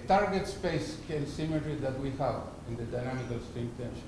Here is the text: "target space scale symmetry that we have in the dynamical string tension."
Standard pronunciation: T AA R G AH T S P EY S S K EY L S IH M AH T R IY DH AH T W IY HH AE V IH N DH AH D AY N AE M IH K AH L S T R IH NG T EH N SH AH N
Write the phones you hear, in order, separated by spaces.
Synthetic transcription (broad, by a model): T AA R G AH T S P EY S S K EY L S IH M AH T R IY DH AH T W IY HH AE V IH N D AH D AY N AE M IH K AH L S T IH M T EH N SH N